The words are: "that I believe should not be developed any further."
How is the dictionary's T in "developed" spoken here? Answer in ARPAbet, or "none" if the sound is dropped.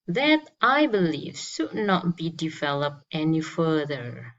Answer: T